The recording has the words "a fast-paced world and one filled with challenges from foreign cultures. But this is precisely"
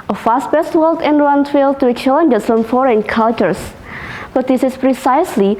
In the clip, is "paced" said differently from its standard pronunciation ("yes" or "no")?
yes